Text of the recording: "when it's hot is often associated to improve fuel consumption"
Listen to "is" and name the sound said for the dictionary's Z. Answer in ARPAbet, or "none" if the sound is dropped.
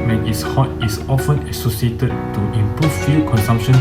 S